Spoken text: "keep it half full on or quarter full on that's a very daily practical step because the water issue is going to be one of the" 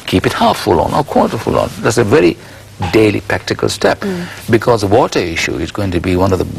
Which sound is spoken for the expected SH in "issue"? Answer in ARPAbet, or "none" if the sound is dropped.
SH